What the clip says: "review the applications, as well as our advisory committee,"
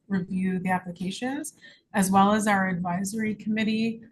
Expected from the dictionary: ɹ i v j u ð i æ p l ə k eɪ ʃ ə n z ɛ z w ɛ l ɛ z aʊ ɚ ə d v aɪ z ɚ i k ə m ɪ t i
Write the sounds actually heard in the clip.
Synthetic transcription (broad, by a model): ɹ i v j u ð i æ p l ə k eɪ ʃ ə n z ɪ z w ɛ l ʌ z aʊ ɚ ə d v aɪ z ɚ i k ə m ɪ t i